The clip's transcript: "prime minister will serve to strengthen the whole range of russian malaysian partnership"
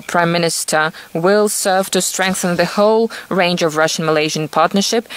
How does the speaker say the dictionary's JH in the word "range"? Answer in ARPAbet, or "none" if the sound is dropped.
JH